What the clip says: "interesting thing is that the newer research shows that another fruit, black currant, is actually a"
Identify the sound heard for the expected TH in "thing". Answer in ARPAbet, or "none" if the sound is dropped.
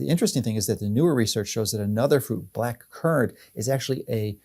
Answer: TH